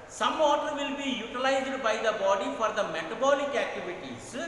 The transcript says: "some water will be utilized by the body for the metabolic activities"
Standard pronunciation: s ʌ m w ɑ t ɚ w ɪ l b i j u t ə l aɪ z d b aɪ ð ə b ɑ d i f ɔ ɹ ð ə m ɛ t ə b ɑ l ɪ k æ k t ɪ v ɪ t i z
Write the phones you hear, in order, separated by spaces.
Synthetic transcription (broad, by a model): s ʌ m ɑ t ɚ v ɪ l b i j u t ə l aɪ z d b aɪ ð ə b ɑ d i f ɔ ɹ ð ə m ɛ t ə b ɑ l ɪ k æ k t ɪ v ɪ t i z